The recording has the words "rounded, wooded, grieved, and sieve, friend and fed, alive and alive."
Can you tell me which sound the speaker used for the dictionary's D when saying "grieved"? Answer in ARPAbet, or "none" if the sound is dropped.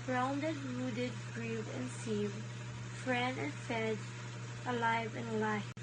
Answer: none